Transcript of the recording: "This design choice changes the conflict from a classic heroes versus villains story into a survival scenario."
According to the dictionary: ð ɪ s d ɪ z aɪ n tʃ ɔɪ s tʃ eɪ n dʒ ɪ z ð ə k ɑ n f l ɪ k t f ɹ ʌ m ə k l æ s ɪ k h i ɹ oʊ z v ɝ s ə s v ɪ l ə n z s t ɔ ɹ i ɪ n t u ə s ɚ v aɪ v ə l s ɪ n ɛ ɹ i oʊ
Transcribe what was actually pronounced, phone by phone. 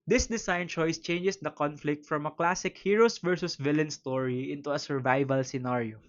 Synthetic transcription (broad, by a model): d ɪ s d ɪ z aɪ n tʃ ɔɪ s tʃ eɪ n dʒ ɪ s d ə k ɑ n f l ɪ k t f ɹ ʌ m ə k l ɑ s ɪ k h i ɹ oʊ s v ɝ s ə s v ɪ l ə n s t ɔ ɹ i ɪ n t u ə s ɚ v aɪ v ə l s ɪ n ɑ ɹ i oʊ